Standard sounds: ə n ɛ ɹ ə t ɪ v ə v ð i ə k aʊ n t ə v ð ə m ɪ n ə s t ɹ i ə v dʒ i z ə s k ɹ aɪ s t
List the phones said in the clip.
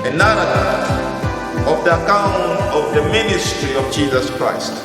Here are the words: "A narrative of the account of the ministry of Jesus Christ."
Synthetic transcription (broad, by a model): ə n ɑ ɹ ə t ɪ ə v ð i ə k aʊ n t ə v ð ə m ɪ n ə s t ɹ i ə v dʒ i z ə s k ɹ aɪ s t